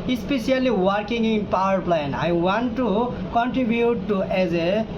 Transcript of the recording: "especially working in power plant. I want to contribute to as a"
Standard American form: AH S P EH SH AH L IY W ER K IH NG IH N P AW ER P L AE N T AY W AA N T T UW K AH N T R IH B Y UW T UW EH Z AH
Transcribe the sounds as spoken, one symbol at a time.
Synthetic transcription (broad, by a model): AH S P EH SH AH L IY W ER K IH NG IH N P AW ER P L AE N AY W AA N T T UW K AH N T R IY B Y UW T UW EH Z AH